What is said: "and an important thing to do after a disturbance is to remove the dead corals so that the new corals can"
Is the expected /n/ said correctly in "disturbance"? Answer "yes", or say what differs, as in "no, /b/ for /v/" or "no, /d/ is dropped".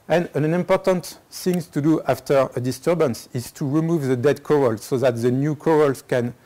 yes